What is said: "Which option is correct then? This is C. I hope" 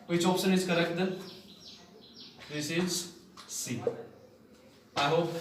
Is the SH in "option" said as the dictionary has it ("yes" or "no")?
no